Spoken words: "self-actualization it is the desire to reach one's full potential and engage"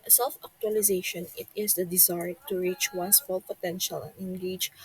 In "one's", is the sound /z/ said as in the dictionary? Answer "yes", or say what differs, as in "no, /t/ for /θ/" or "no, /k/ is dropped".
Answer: no, /s/ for /z/